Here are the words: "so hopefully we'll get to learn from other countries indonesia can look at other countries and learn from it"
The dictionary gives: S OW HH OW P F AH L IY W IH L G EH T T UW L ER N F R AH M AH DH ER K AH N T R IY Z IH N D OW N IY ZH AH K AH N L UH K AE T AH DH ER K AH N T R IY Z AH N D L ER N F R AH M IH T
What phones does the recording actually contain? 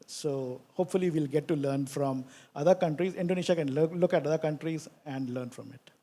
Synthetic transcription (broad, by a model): S OW HH OW P F AH L IY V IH L G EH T T UW L ER N F R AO M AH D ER K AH N T R IY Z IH N D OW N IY SH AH K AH N L UH K AE T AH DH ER K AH N T R IY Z AH N D L ER N F R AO M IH T